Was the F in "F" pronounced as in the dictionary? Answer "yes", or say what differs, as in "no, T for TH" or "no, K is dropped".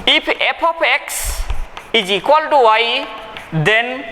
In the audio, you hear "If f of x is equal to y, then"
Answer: no, P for F